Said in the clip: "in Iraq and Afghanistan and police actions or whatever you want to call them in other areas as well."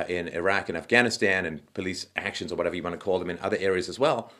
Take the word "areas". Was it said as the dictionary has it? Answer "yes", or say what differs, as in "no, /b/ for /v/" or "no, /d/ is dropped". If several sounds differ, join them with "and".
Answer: yes